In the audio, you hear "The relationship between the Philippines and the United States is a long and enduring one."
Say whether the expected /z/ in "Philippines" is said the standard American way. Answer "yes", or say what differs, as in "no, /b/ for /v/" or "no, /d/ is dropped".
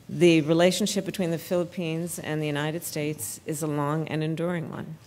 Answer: yes